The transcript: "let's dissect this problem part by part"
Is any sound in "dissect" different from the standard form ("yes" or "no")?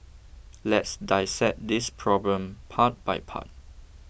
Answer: yes